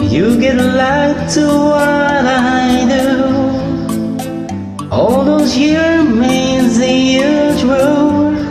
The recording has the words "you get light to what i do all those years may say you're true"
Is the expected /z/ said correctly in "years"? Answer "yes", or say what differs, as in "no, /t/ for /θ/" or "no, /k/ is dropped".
no, /z/ is dropped